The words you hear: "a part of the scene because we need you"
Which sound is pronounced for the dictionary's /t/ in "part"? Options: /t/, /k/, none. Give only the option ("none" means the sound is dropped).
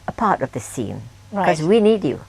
/t/